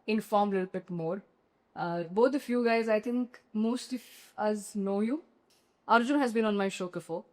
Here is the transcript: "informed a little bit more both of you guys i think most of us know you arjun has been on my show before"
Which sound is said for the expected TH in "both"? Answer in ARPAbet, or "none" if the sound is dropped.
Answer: T